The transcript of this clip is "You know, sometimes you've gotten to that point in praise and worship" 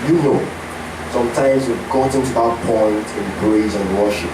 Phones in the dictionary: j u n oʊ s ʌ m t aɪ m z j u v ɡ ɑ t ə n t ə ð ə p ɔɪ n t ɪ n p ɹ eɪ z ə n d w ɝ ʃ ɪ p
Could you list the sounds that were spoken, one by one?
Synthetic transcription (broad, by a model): j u n oʊ s ʌ m t aɪ m z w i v ɡ ɑ t ə n t ə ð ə p ɔɪ n t ɪ n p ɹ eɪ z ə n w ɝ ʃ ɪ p